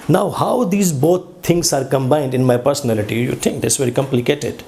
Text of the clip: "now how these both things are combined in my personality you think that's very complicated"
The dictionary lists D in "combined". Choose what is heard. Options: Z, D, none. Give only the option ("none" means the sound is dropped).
D